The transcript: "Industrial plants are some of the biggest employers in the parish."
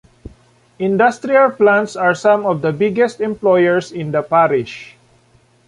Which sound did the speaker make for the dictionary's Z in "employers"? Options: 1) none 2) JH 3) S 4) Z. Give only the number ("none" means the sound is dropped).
3